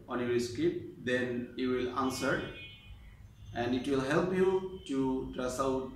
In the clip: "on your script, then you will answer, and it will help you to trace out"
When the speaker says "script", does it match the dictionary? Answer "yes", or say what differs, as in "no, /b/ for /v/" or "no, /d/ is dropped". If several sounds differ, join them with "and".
no, /ɹ/ is dropped